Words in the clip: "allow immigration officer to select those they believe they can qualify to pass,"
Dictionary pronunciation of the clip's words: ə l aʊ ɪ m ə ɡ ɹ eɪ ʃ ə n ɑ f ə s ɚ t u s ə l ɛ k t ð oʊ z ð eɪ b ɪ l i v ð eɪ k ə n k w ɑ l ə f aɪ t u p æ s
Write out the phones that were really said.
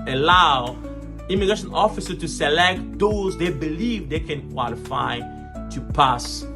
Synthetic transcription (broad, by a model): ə l aʊ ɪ m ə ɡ ɹ eɪ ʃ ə n ɑ f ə s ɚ t u s ə l ɛ k t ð oʊ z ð eɪ b ɪ l i v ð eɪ k ə n k w ɑ l ə f aɪ t u p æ s